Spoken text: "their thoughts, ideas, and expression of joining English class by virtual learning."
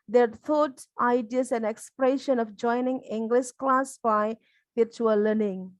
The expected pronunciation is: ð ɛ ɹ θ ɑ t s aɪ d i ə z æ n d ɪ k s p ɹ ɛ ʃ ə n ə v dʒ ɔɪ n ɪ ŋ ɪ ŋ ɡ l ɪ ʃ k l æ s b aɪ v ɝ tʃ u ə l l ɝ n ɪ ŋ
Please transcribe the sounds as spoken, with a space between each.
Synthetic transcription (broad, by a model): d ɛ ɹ t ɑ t aɪ d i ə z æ n ɪ k s p ɹ ɛ ʃ ə n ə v dʒ ɔɪ n ɪ ŋ ɪ ŋ ɡ l ɪ ʃ k l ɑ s b aɪ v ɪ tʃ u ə l l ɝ n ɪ ŋ